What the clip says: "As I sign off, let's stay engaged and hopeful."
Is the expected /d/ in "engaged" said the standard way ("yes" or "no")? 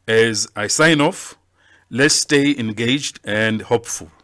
yes